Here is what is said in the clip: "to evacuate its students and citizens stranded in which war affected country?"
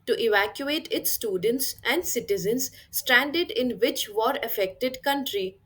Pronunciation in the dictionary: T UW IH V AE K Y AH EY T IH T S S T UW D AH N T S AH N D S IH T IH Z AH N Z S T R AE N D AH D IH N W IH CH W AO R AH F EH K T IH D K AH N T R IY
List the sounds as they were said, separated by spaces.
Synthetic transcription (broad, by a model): T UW IH V AE K Y AH EY T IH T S S T UW D AH N T S AH N D S IH T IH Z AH N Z S T R AE N D AH D IH N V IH CH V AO R AH F EH K T IH D K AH N T R IY